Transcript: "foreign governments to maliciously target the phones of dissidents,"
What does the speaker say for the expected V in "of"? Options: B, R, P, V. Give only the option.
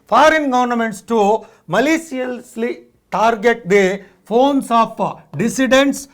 P